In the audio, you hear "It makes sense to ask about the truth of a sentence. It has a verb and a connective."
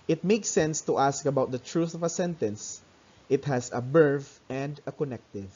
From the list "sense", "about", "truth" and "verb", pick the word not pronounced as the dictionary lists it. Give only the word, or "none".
verb